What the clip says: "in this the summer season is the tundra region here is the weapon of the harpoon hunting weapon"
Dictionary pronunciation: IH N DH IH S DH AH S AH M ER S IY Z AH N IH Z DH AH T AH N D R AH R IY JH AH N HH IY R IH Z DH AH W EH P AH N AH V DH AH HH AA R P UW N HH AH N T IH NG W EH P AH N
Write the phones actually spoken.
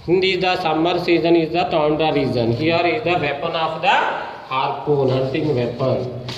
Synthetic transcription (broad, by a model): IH N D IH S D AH S AH M ER S IY Z AH N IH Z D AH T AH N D AH R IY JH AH N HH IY R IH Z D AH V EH P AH N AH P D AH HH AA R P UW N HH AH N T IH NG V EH P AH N